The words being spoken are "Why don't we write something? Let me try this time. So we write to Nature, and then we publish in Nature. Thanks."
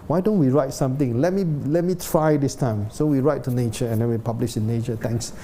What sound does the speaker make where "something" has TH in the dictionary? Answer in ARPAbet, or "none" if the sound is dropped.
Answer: T